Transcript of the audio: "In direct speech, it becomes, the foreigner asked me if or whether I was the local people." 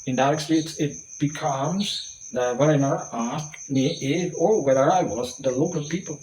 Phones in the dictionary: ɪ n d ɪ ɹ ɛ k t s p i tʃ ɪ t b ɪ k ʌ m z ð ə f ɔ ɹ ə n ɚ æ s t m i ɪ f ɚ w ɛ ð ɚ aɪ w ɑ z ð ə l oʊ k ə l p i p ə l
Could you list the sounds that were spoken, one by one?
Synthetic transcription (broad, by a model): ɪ n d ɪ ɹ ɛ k s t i s ɪ t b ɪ k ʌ m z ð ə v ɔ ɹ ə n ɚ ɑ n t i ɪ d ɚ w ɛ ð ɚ aɪ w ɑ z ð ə l oʊ k ə l p i p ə l